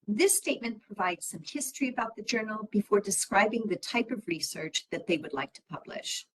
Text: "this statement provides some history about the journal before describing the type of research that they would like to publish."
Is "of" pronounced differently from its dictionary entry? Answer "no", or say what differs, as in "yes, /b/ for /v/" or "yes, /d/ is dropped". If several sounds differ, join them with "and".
no